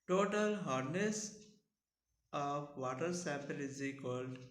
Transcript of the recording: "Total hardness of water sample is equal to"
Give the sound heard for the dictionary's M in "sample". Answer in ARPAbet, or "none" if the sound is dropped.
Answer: none